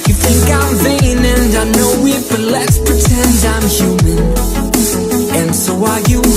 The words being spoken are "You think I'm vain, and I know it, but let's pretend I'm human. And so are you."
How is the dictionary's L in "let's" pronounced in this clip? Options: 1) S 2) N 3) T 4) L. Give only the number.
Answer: 4